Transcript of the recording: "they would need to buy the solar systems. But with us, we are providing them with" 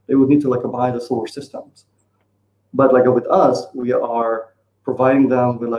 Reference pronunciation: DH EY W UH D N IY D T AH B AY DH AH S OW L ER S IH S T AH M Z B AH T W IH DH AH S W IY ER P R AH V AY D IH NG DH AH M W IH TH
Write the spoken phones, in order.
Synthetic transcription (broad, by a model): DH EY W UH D N IY D T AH B AY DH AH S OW ER S IH S T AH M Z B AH T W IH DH AH S W IY ER P R AH V AY D IH NG DH AH M W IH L